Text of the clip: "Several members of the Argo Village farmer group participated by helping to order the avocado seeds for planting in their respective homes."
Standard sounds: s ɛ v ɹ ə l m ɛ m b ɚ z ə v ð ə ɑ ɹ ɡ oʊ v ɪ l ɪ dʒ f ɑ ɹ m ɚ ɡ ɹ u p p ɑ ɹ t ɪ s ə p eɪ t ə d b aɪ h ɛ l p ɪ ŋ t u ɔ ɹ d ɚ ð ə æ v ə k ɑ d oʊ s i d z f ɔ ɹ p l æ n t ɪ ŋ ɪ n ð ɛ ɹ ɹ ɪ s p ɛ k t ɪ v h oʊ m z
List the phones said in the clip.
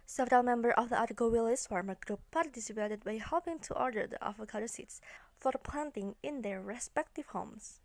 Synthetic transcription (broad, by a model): s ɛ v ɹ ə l m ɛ m b ɚ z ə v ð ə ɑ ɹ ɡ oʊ w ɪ l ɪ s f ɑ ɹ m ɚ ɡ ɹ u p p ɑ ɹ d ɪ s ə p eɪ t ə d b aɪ h ɛ l p ɪ ŋ t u ɔ ɹ d ɚ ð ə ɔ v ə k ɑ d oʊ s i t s f ɔ ɹ p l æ n t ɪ ŋ ɪ n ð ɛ ɹ ɹ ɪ s p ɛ k t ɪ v h oʊ m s